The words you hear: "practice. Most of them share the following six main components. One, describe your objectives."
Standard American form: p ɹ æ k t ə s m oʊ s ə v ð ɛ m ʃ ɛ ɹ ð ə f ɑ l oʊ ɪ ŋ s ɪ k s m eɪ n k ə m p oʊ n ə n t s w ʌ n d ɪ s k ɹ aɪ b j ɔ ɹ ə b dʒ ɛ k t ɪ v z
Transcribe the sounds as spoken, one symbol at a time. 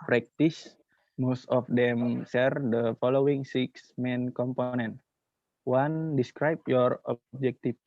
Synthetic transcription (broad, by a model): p ɹ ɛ k t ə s m oʊ s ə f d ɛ m s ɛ ɹ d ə f ɑ l oʊ ɪ ŋ s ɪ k s m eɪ n k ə m p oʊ n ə n t w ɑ n d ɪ s k ɹ aɪ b j ɔ ɹ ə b dʒ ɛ k t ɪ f